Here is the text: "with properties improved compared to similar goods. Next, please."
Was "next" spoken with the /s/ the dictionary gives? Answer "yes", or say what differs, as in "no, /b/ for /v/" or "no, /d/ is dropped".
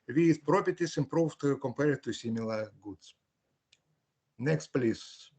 yes